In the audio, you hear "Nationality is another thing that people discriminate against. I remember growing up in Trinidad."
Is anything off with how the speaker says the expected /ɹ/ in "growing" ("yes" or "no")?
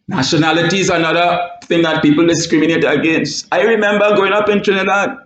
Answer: yes